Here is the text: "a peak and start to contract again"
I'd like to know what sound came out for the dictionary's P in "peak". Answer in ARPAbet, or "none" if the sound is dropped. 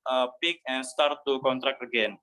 P